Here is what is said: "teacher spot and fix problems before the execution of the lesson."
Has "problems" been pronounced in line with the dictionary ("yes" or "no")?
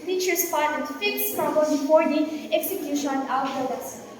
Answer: no